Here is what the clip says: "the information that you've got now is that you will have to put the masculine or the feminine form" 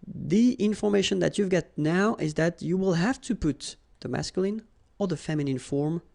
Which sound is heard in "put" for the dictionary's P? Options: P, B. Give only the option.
P